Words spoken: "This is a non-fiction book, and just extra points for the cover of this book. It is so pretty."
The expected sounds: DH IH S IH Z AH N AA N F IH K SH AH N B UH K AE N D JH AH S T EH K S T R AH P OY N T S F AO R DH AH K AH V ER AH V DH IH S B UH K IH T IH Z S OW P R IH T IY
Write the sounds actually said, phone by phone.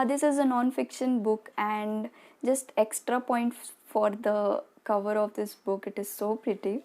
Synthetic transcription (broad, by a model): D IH S IH Z AH N AA N F IH K SH AH N B UH K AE N D JH AH S T EH K S T R AH P OY N T F AO R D AH K AH V ER AH V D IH S B UH K IH T IH Z S OW P R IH T IY